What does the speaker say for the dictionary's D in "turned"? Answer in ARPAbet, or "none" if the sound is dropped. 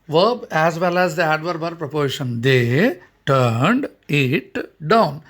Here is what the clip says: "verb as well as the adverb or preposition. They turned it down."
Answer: D